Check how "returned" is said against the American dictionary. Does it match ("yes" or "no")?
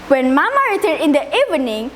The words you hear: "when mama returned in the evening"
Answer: no